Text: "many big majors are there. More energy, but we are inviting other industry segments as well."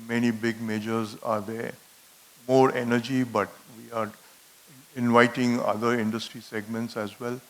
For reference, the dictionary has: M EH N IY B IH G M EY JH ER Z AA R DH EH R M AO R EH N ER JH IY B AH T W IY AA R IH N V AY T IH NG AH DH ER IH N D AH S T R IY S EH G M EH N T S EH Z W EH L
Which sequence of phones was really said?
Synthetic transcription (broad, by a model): M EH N IY B IH G M EY JH ER Z AA R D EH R M AO R EH N ER JH IY B AH T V IY AA R IH N V AY T IH NG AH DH ER IH N D AH S T R IY S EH G M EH N T S EH Z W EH L